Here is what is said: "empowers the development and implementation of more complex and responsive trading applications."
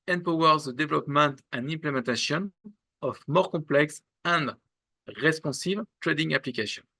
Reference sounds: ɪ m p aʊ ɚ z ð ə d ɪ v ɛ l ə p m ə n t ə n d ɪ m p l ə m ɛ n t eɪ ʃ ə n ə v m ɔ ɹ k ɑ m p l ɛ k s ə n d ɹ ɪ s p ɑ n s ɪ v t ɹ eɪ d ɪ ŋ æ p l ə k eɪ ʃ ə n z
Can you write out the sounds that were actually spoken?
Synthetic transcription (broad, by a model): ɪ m p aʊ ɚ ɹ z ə d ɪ v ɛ l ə p m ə n t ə n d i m p l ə m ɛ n t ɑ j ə n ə f m ɔ ɹ k ɑ p l ɛ k s ə n d ɹ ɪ s p ɑ s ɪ v t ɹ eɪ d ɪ ŋ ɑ p l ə k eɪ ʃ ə n